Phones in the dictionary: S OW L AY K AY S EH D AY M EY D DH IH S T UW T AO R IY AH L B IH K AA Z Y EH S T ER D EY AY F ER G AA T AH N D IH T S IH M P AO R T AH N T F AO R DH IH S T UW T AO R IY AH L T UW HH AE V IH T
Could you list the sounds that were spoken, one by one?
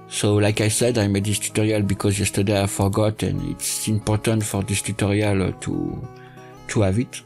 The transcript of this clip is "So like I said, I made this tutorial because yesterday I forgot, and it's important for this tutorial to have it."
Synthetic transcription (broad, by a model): S OW L AY K AY S EH D AY M EY D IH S T UW T AO R IY AH L B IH K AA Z Y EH S T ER D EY AY F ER G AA T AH N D IH T S IH M P AO R T AH N T F AO R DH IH S T UW T AO R IY AH L T UW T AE V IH T